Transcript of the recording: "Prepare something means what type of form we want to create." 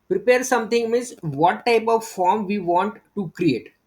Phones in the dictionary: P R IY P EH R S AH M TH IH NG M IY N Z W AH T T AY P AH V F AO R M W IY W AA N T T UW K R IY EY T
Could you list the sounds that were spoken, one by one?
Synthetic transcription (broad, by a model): P R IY P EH R S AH M T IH NG M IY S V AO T T AY P AH V F AO R M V IY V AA N T T UW K R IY EY T